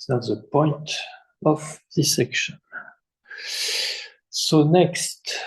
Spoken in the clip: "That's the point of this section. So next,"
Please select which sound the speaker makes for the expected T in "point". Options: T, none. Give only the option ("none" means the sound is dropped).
T